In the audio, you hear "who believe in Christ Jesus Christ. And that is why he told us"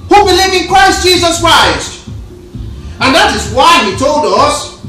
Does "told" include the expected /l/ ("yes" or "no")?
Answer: yes